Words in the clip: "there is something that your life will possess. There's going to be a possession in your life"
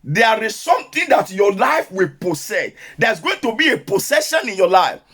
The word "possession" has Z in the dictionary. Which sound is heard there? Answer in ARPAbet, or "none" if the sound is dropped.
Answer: S